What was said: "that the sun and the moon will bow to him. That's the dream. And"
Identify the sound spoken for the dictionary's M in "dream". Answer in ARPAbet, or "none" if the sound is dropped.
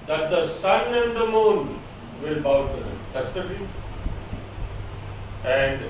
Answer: none